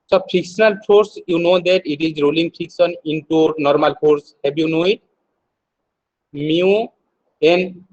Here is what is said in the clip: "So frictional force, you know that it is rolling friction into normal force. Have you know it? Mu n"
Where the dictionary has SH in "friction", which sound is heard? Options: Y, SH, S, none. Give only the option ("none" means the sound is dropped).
S